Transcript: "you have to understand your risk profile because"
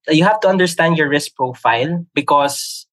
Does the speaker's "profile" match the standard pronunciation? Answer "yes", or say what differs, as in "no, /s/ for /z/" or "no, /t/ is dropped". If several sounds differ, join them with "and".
yes